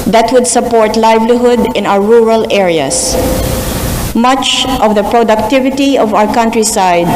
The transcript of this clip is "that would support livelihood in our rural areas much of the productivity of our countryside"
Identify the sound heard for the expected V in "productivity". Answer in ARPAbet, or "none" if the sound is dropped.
V